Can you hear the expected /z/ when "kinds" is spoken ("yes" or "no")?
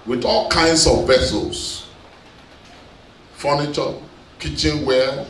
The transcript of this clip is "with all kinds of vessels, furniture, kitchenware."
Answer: no